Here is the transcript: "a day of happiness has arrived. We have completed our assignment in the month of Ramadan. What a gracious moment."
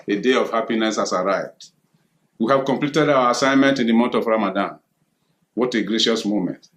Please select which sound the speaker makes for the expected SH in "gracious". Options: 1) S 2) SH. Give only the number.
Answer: 2